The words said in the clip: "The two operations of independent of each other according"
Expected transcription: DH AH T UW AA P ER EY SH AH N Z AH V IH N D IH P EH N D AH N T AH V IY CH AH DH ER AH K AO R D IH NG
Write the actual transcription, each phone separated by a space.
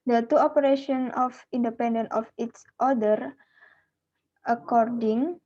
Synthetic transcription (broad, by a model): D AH T UW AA P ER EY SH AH N AH F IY N D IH P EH N D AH N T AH F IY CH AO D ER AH K AO R D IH NG